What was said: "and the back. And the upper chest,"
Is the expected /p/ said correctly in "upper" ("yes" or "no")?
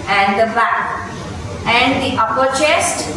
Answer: yes